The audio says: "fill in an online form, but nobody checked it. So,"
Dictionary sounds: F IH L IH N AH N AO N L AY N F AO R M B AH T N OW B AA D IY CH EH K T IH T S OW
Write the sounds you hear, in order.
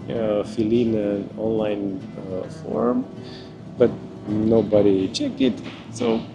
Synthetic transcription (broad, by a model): F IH L IH N AH N AO N L AY N F AO R M B AH T N OW B AA D IY CH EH K IH T S OW